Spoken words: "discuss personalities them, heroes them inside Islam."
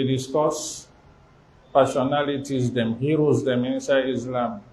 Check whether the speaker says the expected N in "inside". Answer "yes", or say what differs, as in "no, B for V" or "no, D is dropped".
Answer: yes